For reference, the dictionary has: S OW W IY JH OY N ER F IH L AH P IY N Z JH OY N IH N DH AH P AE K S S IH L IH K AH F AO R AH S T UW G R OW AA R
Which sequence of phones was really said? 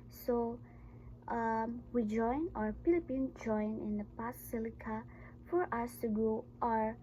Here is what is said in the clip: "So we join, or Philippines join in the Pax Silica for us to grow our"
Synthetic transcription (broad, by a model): S OW W IY JH OY N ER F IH L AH P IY N JH OY N IH N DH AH P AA S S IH L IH K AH F AO R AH S T UW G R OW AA R